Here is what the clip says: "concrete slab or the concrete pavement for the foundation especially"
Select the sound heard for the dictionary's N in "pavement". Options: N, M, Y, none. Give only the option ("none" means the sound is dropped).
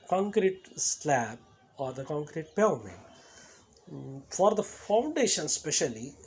none